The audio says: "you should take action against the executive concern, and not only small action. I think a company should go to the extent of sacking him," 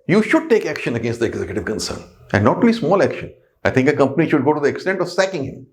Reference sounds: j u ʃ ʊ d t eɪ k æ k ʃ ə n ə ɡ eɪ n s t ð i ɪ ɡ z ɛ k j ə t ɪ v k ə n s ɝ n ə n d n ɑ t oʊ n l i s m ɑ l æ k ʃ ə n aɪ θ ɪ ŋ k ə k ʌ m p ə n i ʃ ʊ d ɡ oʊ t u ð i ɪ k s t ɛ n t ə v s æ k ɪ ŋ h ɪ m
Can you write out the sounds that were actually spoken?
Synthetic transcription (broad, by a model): j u ʃ ʊ d t eɪ k æ k ʃ ə n ə ɡ eɪ n s t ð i ɪ ɡ z ɛ k j ə t ɪ v k ə n s ɝ n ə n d n ɑ t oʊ l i s m ɑ l æ k ʃ ə n aɪ t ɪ ŋ k ə k ʌ m p ə n i ʃ ʊ d ɡ oʊ t u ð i ɪ k s t ɛ n t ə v s æ k ɪ ŋ h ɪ m